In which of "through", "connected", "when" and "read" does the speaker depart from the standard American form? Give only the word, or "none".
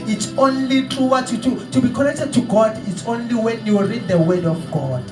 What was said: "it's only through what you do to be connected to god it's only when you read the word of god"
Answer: through